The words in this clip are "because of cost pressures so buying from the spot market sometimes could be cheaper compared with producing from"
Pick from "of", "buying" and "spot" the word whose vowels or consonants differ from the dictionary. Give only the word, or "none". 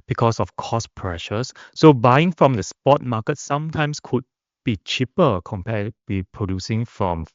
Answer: of